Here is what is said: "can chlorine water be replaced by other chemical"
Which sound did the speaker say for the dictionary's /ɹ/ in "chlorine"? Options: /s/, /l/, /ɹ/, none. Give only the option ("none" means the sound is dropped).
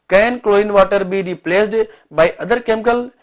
none